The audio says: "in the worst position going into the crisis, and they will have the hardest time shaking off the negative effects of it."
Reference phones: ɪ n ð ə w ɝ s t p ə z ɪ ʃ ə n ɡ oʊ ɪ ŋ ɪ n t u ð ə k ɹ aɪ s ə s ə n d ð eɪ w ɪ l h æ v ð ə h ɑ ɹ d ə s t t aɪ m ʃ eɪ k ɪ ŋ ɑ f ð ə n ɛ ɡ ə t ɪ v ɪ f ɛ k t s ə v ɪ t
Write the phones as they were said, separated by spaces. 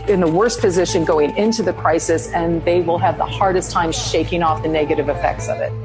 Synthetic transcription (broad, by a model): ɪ n ð ə w ɝ s p ə z ɪ ʃ ə n ɡ oʊ ɪ ŋ ɪ n t u ð ə k ɹ aɪ s ə s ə n ð eɪ w ɪ l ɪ v ð ə h ɑ ɹ d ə s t t aɪ m ʃ eɪ k ɪ ŋ ɑ f ð ə n ɛ ɡ ə t ɪ v ɪ f ɛ k t s ə v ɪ t